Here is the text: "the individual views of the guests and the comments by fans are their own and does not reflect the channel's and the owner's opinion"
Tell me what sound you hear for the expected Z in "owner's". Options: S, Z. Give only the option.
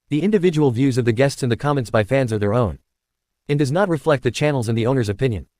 Z